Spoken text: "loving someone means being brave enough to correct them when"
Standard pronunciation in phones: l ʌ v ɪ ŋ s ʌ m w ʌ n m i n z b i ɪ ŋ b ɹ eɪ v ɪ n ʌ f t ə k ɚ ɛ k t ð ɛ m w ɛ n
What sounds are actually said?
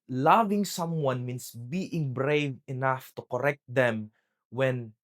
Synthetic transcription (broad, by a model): l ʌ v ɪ ŋ s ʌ m w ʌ n m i n s b i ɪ ŋ b ɹ eɪ v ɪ n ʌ f t ə k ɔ ɛ k t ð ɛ m w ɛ n